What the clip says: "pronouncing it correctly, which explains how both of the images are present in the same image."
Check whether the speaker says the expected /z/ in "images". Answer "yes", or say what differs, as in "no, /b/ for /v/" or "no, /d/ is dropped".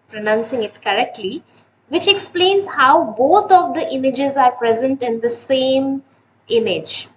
yes